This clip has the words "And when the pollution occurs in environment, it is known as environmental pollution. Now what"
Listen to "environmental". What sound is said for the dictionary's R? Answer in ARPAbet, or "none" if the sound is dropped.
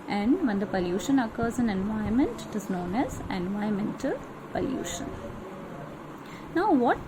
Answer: none